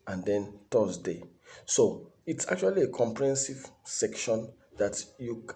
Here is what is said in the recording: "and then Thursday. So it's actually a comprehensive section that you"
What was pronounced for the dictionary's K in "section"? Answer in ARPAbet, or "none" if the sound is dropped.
K